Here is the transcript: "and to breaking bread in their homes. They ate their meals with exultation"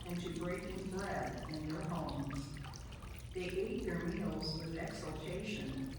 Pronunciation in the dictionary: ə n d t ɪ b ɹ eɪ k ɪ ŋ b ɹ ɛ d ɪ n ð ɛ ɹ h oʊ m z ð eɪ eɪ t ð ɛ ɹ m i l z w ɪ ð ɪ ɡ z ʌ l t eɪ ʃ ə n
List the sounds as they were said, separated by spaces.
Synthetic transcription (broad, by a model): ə n t ɪ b ɹ eɪ ɪ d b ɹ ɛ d ɪ n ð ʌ ɹ h oʊ m z ð eɪ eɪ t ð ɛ ɹ m i l z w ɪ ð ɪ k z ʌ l t eɪ ʃ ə n